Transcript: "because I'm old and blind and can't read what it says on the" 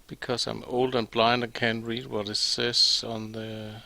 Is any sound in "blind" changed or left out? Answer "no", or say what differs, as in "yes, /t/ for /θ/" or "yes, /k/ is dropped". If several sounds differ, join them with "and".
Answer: no